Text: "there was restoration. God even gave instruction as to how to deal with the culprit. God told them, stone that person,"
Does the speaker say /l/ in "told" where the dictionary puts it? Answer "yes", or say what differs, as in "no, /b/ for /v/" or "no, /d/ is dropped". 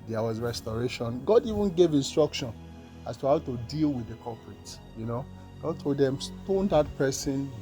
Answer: no, /l/ is dropped